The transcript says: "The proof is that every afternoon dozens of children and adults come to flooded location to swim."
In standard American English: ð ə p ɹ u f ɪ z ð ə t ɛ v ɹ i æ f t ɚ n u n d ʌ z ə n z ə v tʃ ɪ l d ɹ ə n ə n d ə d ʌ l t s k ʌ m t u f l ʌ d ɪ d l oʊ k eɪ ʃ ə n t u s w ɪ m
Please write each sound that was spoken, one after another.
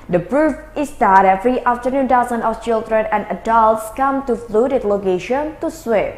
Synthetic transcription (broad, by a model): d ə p ɹ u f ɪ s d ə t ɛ f ɹ i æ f t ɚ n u n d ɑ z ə n ə f tʃ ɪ l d ɹ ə n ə n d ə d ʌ l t s k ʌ m t u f l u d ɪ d l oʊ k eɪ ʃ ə n t u s w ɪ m